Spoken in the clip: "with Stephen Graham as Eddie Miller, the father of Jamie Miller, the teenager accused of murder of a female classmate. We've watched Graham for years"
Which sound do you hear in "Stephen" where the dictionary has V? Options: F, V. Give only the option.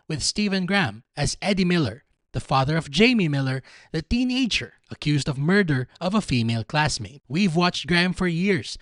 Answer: V